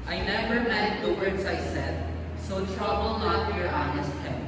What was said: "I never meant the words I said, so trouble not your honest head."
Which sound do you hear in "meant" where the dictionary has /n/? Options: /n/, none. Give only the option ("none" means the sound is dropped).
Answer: none